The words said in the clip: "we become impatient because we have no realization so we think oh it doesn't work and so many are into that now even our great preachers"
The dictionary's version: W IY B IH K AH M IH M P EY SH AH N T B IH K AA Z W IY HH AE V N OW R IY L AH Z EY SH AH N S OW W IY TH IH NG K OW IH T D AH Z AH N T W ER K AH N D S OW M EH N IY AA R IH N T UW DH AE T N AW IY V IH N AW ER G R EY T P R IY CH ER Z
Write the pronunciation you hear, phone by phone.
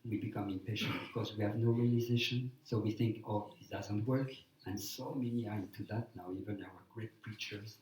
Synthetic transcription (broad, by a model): W IY B IH K AH M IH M P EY SH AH N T B IH K AA Z W IY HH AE V N OW R IY L AH Z EY SH AH N S OW W IY TH IH NG K OW IH T D AH Z AH N T W ER K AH N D S OW M EH N IY AA R IH N T UW DH AE T N AW IY V IH N AW ER G R EY T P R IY CH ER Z